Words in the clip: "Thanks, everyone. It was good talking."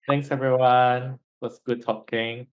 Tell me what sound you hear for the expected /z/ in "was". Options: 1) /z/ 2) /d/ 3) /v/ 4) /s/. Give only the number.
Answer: 4